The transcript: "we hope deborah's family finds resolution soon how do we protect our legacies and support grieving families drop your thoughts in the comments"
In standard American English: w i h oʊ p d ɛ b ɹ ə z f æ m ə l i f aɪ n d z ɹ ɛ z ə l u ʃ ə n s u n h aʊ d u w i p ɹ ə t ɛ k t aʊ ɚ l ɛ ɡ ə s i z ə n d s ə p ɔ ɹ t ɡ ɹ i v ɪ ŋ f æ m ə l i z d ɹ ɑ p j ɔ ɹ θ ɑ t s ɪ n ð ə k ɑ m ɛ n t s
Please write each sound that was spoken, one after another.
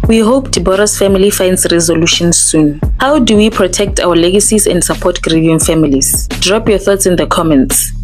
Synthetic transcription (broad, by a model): w i h oʊ p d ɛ b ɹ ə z f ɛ m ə l i f aɪ n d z ɹ ɛ z ə l u ʃ ə n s u n h aʊ d u w i p ɹ ə t ɛ k t aʊ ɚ l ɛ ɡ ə s i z ə n d s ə p ɔ t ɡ ɹ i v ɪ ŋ f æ m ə l i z d ɹ ɑ p j ɔ θ ɑ t s ɪ n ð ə k ɑ m ɛ n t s